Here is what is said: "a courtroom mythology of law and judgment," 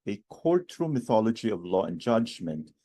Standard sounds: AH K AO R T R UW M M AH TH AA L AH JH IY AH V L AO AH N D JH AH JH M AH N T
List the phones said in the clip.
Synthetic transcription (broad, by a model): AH K AO R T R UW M M AH TH AA L AH JH IY AH V L AO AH N JH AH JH M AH N T